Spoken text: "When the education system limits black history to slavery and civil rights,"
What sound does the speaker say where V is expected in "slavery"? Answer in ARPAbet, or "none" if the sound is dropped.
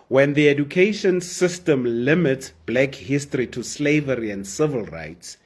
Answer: V